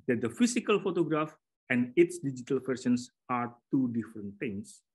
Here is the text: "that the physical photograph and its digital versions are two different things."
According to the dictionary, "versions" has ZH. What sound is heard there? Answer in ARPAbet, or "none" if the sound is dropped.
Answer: S